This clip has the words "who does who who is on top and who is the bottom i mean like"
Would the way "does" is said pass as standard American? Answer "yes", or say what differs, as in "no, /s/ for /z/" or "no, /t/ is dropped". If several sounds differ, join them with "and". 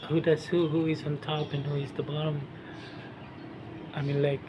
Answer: no, /s/ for /z/